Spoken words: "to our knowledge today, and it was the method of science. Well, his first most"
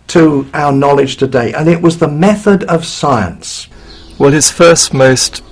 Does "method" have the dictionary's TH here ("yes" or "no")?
yes